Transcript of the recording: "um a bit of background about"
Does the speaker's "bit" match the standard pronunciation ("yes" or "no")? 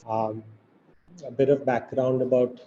yes